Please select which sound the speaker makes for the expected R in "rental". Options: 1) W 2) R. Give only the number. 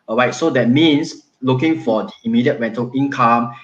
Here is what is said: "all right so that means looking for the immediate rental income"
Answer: 1